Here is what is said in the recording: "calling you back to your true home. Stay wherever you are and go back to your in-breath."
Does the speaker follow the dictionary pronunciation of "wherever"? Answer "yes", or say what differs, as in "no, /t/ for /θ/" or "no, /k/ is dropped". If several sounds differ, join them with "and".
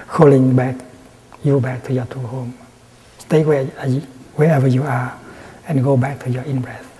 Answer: no, /w/ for /ɹ/